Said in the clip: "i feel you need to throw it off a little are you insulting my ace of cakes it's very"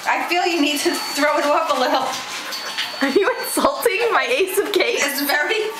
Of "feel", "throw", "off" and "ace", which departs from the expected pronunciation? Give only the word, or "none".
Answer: off